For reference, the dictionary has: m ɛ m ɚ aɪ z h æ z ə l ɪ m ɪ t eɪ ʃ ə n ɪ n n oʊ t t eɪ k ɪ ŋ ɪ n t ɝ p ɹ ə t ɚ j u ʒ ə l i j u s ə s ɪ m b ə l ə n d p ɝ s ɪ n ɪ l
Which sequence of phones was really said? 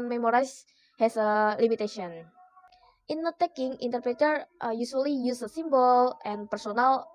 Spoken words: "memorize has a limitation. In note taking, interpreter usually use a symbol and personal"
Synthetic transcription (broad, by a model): m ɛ m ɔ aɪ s h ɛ s ə l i m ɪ t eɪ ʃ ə ɪ n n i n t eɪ k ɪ ŋ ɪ n t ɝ p ɹ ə t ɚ j u s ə l i j u s ə s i m b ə l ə n p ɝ s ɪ n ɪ l